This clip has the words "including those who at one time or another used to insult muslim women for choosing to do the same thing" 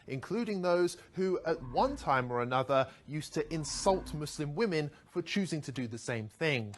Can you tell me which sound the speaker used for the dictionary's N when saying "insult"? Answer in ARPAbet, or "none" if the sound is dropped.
N